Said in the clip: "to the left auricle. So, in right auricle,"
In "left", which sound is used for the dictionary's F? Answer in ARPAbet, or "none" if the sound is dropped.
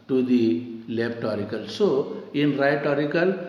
P